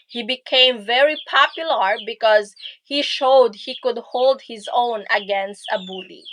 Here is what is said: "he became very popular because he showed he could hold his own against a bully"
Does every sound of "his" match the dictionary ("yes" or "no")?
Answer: yes